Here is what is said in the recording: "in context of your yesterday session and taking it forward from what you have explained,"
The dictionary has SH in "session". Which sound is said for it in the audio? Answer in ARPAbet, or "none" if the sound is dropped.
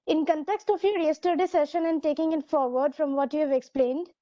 SH